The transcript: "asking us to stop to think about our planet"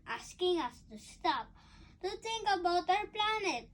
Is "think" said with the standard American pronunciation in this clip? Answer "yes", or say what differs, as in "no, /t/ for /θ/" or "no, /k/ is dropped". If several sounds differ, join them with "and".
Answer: no, /t/ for /θ/